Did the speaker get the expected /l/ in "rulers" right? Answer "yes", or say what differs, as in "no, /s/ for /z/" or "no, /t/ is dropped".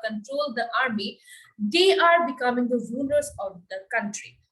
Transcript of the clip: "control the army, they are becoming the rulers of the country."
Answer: no, /n/ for /l/